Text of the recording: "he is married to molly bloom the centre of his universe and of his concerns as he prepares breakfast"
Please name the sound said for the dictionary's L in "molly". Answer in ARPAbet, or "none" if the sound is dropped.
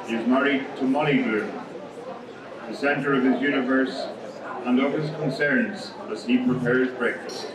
N